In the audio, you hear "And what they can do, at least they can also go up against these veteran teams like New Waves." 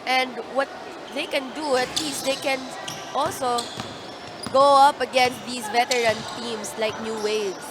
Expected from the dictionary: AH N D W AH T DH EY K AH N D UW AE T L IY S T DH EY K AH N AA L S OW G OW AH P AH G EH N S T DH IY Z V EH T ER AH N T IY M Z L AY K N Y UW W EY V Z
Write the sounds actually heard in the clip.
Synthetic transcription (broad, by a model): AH N D W AH T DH EY K AH N D UW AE T L IY S T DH EY K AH N AA L S OW G OW AH P AH G EH N S T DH IY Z V EH T ER AH N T IY M S L AY K N Y UW W EY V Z